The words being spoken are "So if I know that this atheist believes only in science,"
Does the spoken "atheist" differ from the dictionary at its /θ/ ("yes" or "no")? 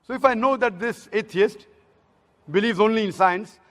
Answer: yes